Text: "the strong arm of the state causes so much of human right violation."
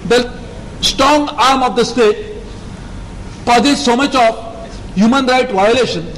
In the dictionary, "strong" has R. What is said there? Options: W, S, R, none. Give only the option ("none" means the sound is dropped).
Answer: R